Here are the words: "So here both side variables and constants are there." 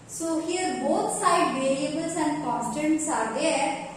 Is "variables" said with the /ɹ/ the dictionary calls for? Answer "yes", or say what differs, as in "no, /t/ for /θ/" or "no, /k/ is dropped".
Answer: no, /l/ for /ɹ/